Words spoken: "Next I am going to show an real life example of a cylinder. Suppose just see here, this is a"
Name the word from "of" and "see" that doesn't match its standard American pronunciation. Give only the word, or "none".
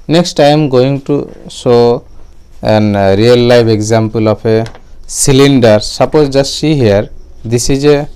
of